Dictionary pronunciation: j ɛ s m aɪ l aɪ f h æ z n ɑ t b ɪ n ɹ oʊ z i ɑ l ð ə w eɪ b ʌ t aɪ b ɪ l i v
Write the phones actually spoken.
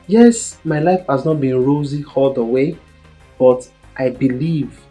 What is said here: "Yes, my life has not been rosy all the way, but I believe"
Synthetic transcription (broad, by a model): j ɛ s m aɪ l aɪ f h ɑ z n ɑ t b ɪ n ɹ oʊ z i ɑ l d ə w eɪ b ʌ t aɪ b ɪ l i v